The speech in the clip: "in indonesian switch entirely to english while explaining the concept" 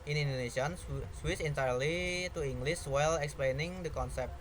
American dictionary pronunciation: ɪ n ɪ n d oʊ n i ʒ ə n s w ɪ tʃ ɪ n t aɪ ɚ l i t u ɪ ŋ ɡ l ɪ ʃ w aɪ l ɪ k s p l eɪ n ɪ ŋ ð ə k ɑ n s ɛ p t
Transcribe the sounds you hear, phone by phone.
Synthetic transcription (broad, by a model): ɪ n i n d oʊ n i s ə n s w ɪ s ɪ n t aɪ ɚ l i t u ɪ ŋ ɡ l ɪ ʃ w aɪ l ɪ k s p l eɪ n ɪ ŋ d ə k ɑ n s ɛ p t